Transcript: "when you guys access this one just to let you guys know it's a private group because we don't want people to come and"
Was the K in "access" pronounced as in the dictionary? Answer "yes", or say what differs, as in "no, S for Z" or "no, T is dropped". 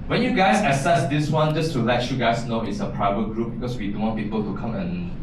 no, K is dropped